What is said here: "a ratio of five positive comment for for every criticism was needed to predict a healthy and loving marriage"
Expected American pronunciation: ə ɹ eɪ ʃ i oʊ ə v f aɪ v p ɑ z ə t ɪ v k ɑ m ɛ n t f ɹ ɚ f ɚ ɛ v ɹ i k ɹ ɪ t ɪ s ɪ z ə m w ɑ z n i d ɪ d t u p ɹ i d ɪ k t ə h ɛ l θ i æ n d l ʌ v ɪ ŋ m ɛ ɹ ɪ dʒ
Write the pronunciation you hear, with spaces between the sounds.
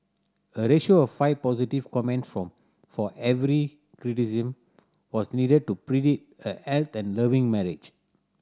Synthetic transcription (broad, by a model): ə ɹ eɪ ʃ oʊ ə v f aɪ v p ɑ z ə t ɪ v k ɑ m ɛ n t f ɹ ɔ f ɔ ɛ v ɹ i k ɹ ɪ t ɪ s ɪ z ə m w ɑ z n i d ɪ d t u p ɹ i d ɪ t ə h ɛ l t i n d l ʌ v ɪ ŋ m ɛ ɹ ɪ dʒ